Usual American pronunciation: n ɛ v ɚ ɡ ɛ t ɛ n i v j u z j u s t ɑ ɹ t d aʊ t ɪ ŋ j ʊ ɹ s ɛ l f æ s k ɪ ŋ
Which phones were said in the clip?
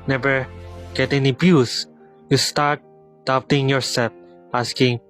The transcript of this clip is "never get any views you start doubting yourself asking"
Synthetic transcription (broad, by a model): n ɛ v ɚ ɡ ɛ t ɛ n i b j u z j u s t ɑ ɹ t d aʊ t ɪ ŋ j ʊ ɹ s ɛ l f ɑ s k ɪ ŋ